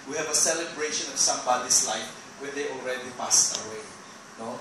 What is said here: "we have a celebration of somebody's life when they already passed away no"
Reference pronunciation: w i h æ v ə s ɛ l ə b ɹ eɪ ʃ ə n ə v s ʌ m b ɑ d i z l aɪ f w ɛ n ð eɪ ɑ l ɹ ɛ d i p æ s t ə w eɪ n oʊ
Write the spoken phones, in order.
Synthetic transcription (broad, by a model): w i h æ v ə s ɛ l ə b ɹ eɪ ʃ ə n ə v s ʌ m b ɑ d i s l aɪ f w ɛ n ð eɪ ɑ l ɹ ɛ d i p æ s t ə w eɪ n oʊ